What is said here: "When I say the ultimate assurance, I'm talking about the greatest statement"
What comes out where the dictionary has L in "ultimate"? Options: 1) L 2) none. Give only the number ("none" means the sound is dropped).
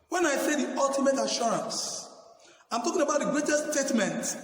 1